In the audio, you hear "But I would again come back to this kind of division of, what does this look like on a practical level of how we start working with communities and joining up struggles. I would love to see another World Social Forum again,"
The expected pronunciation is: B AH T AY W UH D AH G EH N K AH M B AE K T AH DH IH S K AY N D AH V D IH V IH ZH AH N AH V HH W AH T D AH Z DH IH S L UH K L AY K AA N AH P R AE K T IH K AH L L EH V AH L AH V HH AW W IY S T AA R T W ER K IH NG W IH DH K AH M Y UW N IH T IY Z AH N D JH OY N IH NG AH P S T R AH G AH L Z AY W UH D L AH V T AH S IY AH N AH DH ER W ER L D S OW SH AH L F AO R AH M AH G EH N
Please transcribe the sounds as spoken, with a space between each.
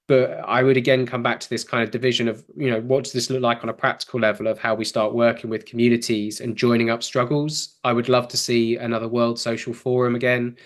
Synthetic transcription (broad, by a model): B AH T AY W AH D AH G EH N K AH M B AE K T AH DH IH S K AY N D AH V D IH V IH ZH AH N AH V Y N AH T D AH Z DH IH S L UH K L AY K N AH P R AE K T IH K AH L L EH V AH L AH V HH AW W IY S T AA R T W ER K IH NG W IH DH K AH M Y UW N IH T IY Z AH N JH OY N IH NG AH P S T R AH G AH L Z AY W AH D L AH V T AH S IY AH N AH DH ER W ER L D S OW SH AH L F AO R AH M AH G EH N